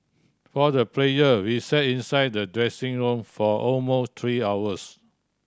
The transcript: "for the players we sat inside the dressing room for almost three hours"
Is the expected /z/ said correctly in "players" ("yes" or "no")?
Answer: no